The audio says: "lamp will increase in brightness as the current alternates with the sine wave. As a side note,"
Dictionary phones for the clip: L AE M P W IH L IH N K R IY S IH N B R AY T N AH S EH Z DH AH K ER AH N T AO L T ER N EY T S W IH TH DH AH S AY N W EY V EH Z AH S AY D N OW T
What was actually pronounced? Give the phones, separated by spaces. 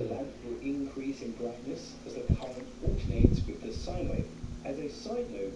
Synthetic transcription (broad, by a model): L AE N W IH L IH N K R IY S IH N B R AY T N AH S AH Z DH AH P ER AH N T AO T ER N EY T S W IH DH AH S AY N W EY AH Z AH S AY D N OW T